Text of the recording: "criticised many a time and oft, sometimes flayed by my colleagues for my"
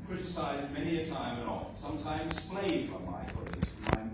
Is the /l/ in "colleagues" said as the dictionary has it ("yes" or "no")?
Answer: no